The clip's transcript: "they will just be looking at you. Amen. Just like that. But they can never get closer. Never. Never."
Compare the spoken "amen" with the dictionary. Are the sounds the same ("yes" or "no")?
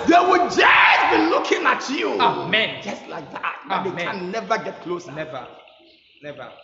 yes